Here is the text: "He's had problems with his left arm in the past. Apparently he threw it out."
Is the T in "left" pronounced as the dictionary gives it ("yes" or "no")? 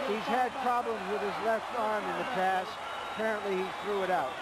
yes